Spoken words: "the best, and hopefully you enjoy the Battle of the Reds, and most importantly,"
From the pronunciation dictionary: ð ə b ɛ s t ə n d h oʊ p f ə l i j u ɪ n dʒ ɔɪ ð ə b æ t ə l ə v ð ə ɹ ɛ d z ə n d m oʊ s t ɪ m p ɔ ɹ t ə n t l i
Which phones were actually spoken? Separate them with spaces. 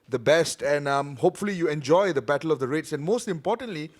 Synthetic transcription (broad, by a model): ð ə b ɛ s t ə n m h oʊ p f ə l i j u ɪ n dʒ ɔɪ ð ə b æ t ə l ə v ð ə ɹ ɛ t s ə n m oʊ s t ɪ m p ɔ t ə n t l i